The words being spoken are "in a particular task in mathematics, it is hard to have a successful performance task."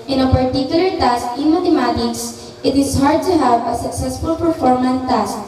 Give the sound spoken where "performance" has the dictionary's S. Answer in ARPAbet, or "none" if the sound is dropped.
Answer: none